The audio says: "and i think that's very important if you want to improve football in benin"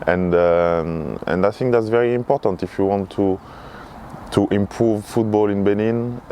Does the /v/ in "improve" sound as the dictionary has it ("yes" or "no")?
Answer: yes